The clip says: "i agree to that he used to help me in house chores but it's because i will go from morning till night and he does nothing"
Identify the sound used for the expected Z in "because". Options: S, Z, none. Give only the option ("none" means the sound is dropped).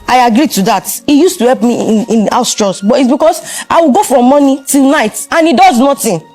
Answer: S